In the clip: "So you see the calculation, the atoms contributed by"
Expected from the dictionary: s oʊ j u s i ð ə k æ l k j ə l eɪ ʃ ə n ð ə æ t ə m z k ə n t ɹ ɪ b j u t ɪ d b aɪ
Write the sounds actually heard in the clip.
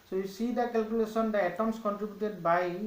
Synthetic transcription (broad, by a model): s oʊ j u s i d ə k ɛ l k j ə l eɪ s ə n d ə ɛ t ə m s k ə n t ɹ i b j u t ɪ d b aɪ